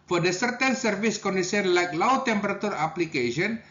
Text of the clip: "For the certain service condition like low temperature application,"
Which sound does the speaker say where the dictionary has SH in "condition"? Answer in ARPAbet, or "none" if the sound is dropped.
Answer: S